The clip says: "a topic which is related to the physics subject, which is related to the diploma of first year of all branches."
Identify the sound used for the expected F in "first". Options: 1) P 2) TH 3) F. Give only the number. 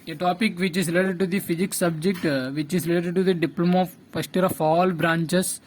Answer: 1